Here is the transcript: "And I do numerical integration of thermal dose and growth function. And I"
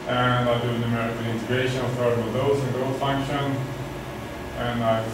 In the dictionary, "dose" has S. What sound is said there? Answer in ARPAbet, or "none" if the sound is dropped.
none